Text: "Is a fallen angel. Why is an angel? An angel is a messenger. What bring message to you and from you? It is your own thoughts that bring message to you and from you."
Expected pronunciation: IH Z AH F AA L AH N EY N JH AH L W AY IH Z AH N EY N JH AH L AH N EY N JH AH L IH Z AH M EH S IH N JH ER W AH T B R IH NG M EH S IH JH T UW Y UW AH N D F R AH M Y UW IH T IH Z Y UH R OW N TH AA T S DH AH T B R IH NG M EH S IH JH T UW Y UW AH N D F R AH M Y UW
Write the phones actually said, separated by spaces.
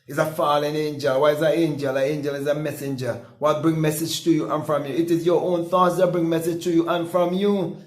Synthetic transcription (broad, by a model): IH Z AH F AA L AH N EY N JH AH L W AY IH Z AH EY N JH AH L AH EY N JH AH L IH Z AH M EH S IH N JH ER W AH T B R IH NG M EH S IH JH T UW Y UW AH N F R AH M Y UW IH T IH Z Y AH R OW N TH AA T S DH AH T B R IH NG M EH S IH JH T UW Y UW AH N F R AH M Y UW